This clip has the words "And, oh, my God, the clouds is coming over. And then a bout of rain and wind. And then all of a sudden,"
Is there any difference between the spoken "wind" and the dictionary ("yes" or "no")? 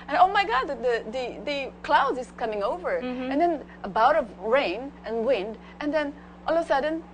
no